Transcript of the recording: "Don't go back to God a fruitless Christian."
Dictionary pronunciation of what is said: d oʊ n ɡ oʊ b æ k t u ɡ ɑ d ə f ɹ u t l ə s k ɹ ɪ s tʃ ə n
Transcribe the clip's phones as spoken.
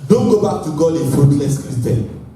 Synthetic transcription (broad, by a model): d oʊ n ɡ oʊ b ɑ k t u ɡ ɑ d ə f u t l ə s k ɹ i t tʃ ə